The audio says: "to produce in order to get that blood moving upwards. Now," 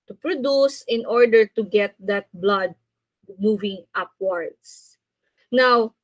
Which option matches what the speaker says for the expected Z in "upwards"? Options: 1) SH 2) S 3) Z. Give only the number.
2